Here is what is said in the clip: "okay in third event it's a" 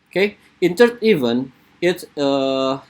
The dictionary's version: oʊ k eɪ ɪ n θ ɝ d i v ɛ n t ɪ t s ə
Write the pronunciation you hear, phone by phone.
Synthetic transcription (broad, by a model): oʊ k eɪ ɪ n t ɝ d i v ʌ n ɪ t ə